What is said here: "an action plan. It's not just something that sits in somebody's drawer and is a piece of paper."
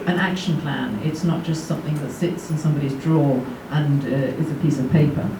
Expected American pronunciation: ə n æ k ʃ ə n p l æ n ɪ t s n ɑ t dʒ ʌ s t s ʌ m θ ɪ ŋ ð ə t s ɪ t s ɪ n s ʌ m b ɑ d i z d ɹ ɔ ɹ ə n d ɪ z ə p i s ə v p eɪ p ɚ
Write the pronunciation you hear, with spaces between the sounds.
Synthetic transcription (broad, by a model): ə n æ k ʃ ə n p l æ n ɪ t s n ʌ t dʒ ʌ s t s ʌ m θ ɪ ŋ ð ə t s ɪ t s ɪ n s ʌ m b ɑ d i z d ɹ ɔ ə n ɪ z ə p i s ə v p eɪ p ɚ